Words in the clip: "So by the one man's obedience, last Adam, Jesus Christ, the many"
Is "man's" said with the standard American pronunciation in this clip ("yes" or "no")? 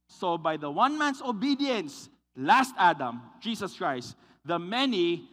no